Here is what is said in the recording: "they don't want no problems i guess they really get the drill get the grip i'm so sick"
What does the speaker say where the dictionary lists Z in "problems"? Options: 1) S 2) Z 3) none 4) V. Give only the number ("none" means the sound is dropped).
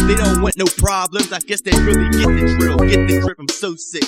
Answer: 2